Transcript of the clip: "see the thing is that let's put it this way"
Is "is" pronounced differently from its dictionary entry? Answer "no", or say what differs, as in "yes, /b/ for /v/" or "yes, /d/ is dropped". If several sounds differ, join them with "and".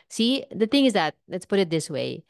no